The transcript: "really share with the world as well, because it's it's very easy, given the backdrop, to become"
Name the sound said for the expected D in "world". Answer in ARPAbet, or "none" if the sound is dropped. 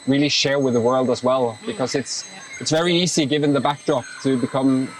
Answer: D